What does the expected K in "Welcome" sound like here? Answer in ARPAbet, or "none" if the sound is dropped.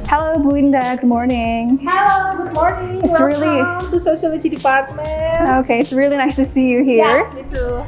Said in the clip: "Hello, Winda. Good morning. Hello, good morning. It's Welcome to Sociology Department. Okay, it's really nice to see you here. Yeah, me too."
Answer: none